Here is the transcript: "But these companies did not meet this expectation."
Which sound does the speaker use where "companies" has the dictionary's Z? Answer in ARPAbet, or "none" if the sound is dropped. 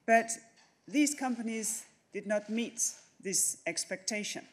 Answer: Z